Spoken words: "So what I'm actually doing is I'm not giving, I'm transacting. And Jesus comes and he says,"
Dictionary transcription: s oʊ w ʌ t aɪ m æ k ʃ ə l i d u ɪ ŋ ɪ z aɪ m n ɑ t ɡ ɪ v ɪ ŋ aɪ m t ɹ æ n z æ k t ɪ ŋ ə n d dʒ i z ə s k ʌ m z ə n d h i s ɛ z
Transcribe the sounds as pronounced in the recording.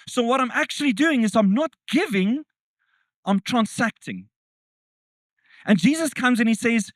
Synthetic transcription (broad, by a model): s oʊ w ʌ t aɪ m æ k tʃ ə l i d u ɪ ŋ ɪ z aɪ m n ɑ t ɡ ɪ v ɪ ŋ aɪ m t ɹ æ n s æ k t ɪ ŋ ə n dʒ i z ə s k ʌ m z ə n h i s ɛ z